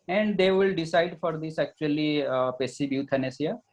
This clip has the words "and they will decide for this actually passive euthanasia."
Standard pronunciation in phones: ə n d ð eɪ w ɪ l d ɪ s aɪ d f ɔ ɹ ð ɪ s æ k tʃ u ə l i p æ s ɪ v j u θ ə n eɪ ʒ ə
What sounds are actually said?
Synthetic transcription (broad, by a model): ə n d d eɪ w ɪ l d ɪ s aɪ d f ɔ ɹ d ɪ s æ k tʃ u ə l i p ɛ s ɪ b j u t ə n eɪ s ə